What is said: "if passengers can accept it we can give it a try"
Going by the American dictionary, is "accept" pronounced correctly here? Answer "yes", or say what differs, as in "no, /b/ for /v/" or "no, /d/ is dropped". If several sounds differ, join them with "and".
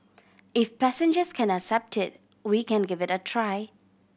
yes